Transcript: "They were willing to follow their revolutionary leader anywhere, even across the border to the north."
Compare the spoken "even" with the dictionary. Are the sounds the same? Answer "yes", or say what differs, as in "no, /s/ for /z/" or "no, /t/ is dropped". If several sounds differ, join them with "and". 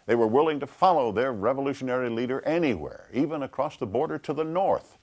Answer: yes